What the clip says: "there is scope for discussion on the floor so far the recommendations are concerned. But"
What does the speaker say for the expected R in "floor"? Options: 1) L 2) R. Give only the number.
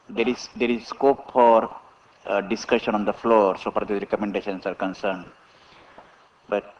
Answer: 2